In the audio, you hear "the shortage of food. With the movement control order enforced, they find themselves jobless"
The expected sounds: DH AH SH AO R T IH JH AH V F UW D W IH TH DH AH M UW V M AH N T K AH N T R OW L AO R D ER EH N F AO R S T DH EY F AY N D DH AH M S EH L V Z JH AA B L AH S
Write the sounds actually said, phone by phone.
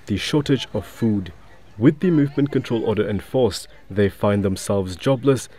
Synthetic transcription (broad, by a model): DH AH SH AO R T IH JH AH V F UW D W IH DH AH M UW V M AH N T K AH N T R OW L AO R D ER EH N F AO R S DH EY F AY N DH AH M S EH L V Z JH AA B L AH S